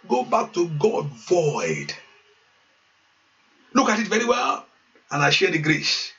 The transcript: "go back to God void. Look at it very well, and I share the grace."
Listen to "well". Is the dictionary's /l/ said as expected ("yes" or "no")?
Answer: yes